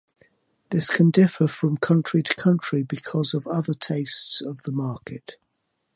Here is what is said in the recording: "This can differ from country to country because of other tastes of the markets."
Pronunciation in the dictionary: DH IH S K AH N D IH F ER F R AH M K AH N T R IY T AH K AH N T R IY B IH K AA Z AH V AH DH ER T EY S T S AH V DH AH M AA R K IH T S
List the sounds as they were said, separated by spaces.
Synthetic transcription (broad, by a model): DH IH S K AH N D IH F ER F R AH M K AH N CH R IY T AH K AH N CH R IY B IH K AA Z AH V AH DH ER T EY S T S AH V DH AH M AA K IH T